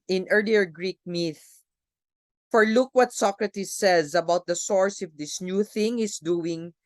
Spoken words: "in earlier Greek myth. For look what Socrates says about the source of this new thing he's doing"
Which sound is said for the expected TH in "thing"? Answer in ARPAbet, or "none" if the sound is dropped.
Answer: TH